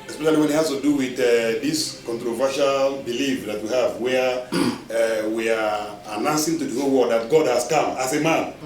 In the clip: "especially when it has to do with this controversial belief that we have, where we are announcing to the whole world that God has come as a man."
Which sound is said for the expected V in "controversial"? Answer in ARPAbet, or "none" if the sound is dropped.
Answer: V